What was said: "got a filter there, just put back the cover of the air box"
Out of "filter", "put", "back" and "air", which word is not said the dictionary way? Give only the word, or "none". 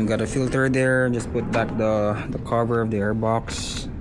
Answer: none